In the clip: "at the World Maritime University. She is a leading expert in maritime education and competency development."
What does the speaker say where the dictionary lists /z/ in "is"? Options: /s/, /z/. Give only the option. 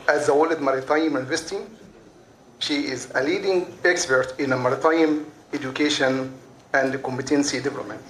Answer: /z/